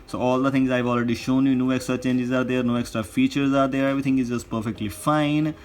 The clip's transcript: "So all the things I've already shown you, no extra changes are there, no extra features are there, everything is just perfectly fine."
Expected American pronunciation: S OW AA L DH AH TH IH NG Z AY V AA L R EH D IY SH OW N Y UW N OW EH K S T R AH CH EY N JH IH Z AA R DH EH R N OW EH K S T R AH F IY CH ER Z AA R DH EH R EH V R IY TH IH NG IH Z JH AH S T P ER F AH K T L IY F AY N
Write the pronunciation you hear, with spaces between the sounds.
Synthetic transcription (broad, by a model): S OW AA L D AH T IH NG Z AY V AA L R EH D IY SH OW N Y UW N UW EH K S T R AH CH EY N JH IH Z AA R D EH R N OW EH K S T R AH F IY CH ER Z AA R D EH R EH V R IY T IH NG IH Z JH AH S T P ER F AH K T L IY F AY N